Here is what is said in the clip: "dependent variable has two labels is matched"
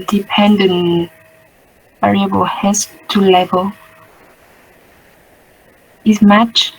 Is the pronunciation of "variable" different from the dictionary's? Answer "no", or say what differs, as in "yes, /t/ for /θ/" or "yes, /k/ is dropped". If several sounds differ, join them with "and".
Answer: no